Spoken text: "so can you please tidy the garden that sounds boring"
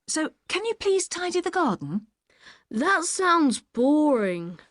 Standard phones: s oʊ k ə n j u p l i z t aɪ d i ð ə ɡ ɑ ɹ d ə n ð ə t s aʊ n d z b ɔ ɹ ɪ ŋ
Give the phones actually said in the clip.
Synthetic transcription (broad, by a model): s oʊ k ə n j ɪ p l i z t aɪ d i ð ə ɡ ɑ d n ð ə t s aʊ n d z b ɔ ɹ ɪ ŋ